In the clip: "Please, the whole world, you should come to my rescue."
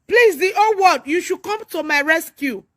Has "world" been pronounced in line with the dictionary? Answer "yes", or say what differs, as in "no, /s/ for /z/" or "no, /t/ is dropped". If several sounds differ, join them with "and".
no, /l/ is dropped